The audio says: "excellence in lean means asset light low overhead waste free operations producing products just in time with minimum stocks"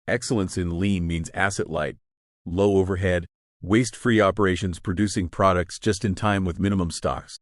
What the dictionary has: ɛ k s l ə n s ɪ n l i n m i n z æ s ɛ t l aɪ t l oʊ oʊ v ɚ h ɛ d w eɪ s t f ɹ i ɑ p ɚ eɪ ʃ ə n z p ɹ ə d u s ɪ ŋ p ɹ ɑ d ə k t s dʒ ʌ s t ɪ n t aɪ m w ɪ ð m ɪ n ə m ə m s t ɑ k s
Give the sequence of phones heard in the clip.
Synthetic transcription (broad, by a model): ɛ k s l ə n s ɪ n l i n m i n z æ s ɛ t l aɪ t l oʊ oʊ v ɚ h ɛ d w eɪ s t f ɹ i ɑ p ɚ eɪ ʃ ə n z p ɹ ə d u s ɪ ŋ p ɹ ɑ d ə k t s dʒ ʌ s t ɪ n t aɪ m w ɪ ð m ɪ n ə m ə m s t ɑ k s